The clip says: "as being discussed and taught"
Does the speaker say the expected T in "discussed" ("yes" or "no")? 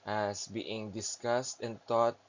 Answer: yes